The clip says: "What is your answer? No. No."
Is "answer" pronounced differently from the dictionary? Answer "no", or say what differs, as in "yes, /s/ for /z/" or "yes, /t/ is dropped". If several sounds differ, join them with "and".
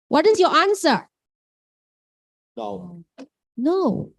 no